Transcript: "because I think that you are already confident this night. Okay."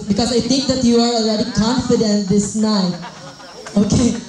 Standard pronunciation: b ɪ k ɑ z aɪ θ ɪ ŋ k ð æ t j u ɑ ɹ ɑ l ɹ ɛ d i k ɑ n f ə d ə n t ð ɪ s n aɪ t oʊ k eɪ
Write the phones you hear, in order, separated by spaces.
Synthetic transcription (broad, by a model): b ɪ k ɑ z aɪ t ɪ ŋ k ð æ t j u ɑ ɹ ɑ l ɹ ɛ d i k ɑ n f ə d ə n t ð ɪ s n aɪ oʊ k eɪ